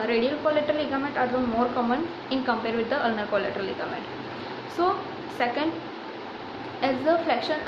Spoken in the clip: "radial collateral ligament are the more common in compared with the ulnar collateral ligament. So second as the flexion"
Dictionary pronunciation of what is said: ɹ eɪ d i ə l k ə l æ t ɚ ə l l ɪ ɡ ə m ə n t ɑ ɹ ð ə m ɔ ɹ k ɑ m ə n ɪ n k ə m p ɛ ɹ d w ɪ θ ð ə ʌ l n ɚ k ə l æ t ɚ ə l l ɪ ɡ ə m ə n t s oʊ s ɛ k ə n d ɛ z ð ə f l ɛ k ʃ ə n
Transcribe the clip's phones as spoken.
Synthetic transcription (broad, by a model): ɹ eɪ d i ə l k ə l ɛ t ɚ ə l l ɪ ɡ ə m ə n t ɑ ɹ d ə m ɔ ɹ k ɑ m ə n ɪ n k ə m p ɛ ɹ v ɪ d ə ʌ l n ɚ k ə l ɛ t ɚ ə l l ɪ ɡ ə m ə n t s oʊ s ɛ k ə n d ɛ z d ə f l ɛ k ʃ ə n